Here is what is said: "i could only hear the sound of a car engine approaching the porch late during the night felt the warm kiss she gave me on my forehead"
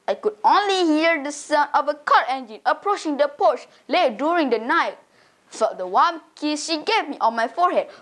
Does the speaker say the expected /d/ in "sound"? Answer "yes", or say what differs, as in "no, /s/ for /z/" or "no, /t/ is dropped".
no, /d/ is dropped